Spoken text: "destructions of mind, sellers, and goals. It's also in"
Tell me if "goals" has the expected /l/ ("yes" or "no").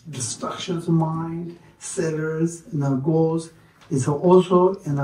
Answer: yes